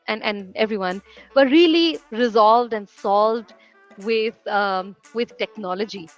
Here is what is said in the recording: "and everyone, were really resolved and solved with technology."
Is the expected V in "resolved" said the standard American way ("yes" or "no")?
yes